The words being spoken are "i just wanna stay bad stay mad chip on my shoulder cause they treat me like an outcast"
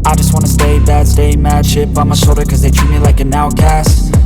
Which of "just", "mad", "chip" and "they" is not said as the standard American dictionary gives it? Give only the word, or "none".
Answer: chip